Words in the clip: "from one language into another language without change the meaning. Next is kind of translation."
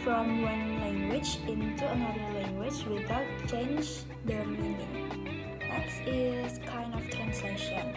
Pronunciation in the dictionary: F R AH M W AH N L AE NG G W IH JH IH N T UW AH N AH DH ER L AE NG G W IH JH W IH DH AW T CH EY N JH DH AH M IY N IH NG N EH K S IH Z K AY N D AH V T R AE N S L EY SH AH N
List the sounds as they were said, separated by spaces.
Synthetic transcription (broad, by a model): F R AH M W AH N L AE NG G W IH JH IH N T UW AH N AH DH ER L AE NG G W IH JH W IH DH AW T CH EY N JH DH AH M IY N IH NG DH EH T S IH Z K AY N D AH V T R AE N S L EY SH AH N